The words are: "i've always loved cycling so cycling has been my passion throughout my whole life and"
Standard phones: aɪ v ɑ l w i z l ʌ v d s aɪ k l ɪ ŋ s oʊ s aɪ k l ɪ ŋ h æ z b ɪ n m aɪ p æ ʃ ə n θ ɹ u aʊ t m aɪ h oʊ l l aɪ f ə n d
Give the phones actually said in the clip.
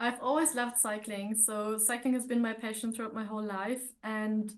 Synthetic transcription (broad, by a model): aɪ v ɑ l w i z l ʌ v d s aɪ k l ɪ ŋ s oʊ s aɪ k l ɪ ŋ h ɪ z b ɪ n m aɪ p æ ʃ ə n θ ɹ u aʊ t m aɪ h oʊ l l aɪ f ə n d